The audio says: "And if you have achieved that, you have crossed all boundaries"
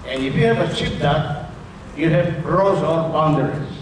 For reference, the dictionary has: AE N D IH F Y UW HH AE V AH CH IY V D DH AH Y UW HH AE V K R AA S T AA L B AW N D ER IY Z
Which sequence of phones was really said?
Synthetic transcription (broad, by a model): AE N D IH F Y UW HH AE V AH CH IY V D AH Y UW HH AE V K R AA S AA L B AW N D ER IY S